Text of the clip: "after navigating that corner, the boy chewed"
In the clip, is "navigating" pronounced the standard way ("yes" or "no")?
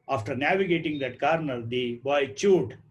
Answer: yes